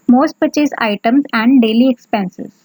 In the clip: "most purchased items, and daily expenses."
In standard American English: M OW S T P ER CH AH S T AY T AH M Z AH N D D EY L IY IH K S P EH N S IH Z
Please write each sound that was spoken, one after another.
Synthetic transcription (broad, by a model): M OW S T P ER CH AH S AY T AH M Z AH N D D EY L IY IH K S P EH N S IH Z